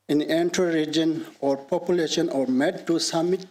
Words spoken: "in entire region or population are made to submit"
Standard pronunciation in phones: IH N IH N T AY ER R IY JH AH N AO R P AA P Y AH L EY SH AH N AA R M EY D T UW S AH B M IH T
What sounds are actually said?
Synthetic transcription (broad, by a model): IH N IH N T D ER R IY JH AH N AO R P AA P Y AH L EY SH AH N AA R M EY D T UW S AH M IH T